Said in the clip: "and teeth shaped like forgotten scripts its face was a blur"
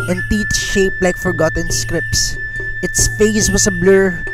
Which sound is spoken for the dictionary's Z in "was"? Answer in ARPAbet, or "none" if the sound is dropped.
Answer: S